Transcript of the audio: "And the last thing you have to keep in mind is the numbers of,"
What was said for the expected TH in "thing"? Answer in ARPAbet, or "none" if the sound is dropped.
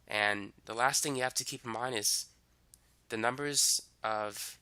TH